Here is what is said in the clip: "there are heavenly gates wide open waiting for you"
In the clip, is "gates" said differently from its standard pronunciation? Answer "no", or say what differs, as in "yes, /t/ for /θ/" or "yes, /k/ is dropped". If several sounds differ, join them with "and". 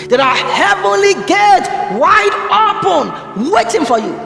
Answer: yes, /s/ is dropped